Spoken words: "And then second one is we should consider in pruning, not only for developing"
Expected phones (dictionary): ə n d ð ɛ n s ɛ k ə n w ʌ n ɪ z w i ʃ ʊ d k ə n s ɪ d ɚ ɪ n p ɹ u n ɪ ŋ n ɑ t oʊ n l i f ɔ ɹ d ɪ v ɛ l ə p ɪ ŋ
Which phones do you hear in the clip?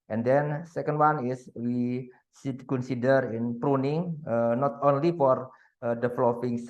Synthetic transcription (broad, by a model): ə n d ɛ n s ɛ k ə n w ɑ n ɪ s w i s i k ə n s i d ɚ ɪ n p ɹ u n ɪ ŋ n ɑ t oʊ n l i f ɔ ɹ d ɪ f l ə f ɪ ŋ